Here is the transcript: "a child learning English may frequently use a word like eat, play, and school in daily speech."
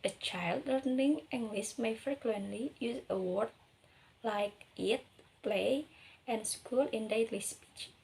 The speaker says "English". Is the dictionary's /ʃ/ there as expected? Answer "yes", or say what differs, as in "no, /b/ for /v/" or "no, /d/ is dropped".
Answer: no, /s/ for /ʃ/